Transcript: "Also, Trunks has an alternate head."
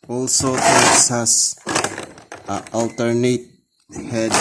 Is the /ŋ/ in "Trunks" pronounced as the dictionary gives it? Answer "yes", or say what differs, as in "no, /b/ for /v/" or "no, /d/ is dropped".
no, /ŋ/ is dropped